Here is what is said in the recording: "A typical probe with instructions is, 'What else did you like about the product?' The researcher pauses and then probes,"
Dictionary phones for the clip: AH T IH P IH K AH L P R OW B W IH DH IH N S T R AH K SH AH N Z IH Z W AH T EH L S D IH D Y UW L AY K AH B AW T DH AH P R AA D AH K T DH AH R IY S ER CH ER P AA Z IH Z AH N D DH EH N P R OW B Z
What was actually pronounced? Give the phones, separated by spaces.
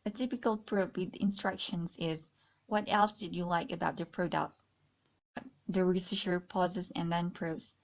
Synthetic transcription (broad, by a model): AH T IH P IH K AH L P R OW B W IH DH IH N S T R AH K SH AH N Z IH Z W AH T EH L S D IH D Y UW L AY K AH B AW T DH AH P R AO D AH T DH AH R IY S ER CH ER P AA Z IH Z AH N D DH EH N P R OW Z